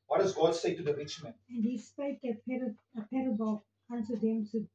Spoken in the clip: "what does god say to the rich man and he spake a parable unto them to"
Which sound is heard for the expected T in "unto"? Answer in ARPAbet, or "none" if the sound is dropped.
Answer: S